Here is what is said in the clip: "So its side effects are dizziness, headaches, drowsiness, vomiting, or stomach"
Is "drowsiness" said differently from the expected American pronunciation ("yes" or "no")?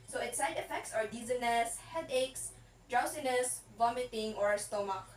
yes